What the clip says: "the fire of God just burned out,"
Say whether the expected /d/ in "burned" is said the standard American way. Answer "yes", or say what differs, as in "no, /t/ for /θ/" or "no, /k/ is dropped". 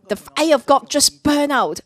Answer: no, /d/ is dropped